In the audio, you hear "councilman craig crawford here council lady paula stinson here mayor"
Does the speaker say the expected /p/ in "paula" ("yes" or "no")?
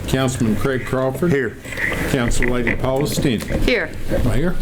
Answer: yes